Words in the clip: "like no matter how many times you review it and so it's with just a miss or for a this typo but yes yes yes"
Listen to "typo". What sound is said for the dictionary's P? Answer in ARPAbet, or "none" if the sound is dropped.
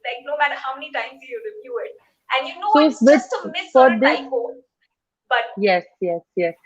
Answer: none